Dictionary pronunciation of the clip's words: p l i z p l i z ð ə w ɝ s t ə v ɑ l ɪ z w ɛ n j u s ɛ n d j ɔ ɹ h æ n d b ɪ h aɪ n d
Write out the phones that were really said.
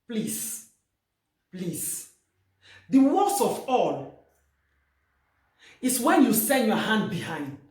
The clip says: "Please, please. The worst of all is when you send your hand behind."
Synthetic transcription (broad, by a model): p l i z p l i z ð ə w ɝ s ə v ɑ l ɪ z w ɛ n j u s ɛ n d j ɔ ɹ h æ n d b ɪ h aɪ n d